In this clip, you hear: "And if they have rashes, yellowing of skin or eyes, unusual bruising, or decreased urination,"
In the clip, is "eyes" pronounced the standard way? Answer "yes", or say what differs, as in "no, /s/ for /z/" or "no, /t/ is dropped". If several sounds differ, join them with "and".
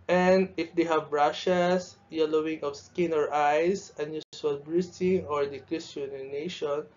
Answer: no, /s/ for /z/